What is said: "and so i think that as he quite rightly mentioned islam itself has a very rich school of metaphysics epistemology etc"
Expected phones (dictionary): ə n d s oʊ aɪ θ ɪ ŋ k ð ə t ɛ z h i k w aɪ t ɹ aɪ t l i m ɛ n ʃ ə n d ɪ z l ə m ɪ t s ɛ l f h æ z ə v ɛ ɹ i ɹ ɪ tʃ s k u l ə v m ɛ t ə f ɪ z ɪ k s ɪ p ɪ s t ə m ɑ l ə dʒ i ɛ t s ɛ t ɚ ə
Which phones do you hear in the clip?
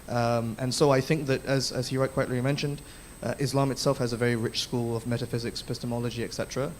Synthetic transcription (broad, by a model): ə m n s oʊ aɪ θ ɪ ŋ k ð ə t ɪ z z i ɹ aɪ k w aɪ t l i m ɛ n ʃ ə n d ɪ z l ə m ɪ t s ɛ l f h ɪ z ə v ɛ ɹ i ɹ ɪ tʃ s k u l ə v m ɛ t ə f ɪ z ɪ k s p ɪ s t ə m ɑ l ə dʒ i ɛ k s ɛ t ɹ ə